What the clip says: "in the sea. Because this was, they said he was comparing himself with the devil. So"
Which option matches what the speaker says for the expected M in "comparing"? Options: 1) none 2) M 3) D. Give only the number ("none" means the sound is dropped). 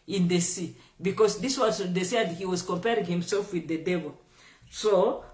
2